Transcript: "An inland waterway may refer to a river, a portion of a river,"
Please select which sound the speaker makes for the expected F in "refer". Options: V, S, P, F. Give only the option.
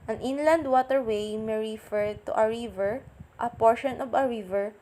F